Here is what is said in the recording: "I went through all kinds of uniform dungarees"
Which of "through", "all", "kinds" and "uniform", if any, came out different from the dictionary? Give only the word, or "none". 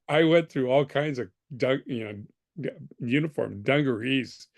none